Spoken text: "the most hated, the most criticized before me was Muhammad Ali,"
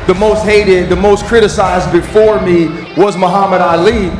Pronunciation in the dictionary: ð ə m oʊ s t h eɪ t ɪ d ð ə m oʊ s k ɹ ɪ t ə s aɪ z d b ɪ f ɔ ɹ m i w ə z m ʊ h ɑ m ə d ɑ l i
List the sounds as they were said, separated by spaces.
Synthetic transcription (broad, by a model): ð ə m oʊ s t h eɪ t ɪ d ð ə m oʊ s k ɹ ɪ t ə s aɪ z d b ɪ f ɔ ɹ m i w ə z m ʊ h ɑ m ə d ɑ l i